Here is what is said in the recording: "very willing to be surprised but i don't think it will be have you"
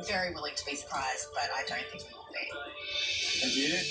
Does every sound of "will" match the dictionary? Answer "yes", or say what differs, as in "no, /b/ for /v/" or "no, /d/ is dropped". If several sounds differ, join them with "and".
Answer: no, /w/ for /l/